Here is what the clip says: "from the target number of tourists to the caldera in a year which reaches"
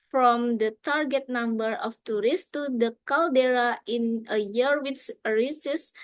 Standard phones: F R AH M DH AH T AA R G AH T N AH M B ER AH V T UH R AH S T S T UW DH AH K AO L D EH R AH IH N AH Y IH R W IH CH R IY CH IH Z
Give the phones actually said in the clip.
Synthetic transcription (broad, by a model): F R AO M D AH T AA R G AH T N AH M B ER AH F T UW R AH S S T UW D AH K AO L D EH R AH IH N AH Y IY R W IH S R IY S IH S